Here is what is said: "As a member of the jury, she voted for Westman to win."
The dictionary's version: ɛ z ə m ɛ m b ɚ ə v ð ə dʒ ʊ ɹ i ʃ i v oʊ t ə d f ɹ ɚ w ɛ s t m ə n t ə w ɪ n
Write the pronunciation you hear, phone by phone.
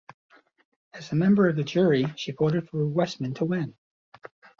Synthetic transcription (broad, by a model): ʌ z ə m ɛ m b ɚ ə v ð ə dʒ ʊ ɹ i ʃ i b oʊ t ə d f ɹ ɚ w ɛ s m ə n t ə w ɪ n